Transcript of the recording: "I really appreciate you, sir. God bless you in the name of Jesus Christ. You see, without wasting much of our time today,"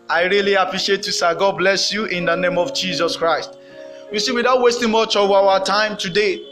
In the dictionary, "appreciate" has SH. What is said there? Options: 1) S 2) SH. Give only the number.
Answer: 2